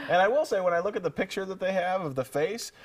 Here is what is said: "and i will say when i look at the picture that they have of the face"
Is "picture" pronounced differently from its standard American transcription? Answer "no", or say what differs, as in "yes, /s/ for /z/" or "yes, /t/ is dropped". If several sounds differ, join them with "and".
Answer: no